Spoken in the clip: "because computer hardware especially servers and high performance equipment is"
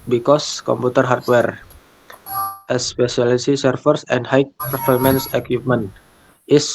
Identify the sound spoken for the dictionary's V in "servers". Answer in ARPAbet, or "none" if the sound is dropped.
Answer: F